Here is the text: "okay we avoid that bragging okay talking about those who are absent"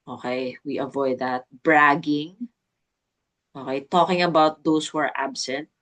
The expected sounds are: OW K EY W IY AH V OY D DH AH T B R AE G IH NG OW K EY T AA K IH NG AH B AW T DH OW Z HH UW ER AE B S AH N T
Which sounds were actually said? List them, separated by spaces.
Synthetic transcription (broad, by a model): OW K EY W IY AH V OY D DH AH T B R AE G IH NG OW K EY T AA K IH NG AH B AW T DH OW S HH UW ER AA B S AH N T